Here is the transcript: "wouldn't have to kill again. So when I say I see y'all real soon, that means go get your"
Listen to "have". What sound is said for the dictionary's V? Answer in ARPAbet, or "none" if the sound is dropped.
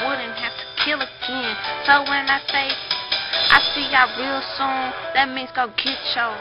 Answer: F